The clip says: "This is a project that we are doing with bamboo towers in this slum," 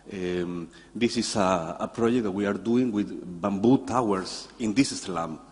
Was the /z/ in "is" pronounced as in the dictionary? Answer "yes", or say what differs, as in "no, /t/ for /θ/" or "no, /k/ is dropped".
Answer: no, /s/ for /z/